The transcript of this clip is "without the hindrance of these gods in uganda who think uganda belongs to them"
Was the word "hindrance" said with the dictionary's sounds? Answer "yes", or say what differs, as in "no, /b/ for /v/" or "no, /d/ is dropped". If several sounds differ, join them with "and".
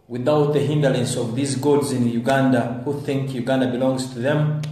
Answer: no, /l/ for /ɹ/